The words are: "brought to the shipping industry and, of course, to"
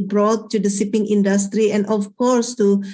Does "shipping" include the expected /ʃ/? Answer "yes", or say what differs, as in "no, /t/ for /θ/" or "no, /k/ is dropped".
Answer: no, /s/ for /ʃ/